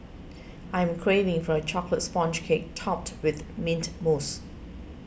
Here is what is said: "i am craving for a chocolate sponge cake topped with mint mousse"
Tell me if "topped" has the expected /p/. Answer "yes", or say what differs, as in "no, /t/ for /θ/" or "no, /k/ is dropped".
yes